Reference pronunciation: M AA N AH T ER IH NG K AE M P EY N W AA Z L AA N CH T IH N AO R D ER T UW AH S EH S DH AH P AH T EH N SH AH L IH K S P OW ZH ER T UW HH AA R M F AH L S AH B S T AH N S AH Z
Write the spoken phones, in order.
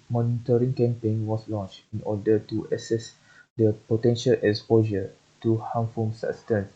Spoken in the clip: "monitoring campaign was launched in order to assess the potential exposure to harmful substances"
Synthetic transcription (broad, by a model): M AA N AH T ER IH NG K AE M P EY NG W AA S L AA N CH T IH N AO D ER T UW AH S EH S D AH P AH T EH N SH AH L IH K S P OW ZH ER T UW HH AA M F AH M S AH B S T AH N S